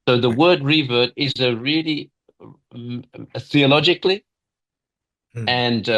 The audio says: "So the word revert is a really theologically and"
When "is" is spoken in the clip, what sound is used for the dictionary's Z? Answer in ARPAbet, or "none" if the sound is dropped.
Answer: Z